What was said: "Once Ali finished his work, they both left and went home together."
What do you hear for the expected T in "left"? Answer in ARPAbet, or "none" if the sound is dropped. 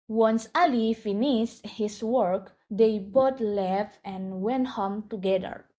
none